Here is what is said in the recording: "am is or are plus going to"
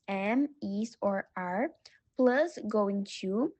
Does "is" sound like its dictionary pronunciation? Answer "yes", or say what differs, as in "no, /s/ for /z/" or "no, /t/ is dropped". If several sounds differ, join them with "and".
no, /s/ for /z/